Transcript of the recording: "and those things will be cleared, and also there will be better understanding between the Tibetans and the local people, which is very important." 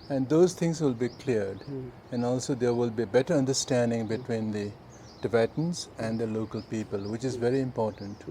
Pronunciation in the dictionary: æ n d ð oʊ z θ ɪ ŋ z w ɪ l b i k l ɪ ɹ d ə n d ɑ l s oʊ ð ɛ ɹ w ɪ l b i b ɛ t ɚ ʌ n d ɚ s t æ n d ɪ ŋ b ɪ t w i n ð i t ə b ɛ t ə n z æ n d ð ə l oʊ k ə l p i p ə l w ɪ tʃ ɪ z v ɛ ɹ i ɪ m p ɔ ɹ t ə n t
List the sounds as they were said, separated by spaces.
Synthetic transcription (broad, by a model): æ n d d oʊ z t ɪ ŋ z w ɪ l b i k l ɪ ɹ d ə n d ɑ l s oʊ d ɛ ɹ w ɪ l b i b ɛ t ɚ ʌ n d ɚ s t æ n d ɪ ŋ b ɪ t w i n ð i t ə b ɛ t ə n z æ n d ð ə l oʊ k ə l p i p ə l w ɪ tʃ ɪ z v ɛ ɹ i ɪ m p ɔ ɹ t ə n t